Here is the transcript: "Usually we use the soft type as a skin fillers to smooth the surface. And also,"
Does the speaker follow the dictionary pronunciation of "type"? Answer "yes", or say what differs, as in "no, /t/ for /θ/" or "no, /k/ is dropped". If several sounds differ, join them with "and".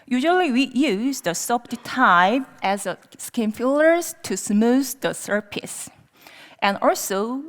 no, /p/ is dropped